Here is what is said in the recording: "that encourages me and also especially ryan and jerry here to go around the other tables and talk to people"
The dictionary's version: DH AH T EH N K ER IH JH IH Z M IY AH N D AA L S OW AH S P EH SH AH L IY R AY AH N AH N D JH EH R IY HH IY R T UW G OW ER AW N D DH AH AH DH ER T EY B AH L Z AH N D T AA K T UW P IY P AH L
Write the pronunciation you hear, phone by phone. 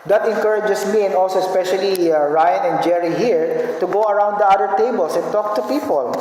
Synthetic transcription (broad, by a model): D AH T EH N K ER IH JH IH S M IY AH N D AA L S OW AH S P EH SH AH L IY R AY AH N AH N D JH EH R IY HH IY R T UW G OW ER AW N D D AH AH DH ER T EY B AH L S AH N T AA K T UW P IY P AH L